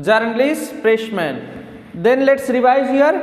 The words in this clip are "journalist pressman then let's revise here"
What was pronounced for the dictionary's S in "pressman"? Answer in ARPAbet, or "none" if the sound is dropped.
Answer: SH